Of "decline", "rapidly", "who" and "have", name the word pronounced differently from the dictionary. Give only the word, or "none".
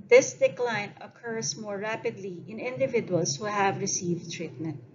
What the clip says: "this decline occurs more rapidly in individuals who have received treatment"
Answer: none